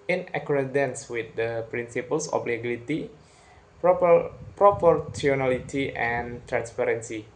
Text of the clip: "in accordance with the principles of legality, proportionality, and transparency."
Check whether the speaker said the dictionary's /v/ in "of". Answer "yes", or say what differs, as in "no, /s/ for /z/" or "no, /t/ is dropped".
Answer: no, /b/ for /v/